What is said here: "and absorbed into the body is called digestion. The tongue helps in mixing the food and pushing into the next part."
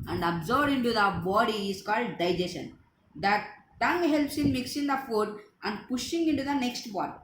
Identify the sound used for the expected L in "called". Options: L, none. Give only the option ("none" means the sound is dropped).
L